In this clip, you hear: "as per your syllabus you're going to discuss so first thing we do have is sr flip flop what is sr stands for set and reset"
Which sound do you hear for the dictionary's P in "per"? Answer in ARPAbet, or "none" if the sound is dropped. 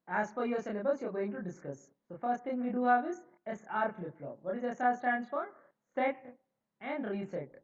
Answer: F